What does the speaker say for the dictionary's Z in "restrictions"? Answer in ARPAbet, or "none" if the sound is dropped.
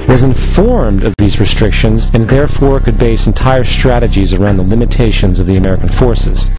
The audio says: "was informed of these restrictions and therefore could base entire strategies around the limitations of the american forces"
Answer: Z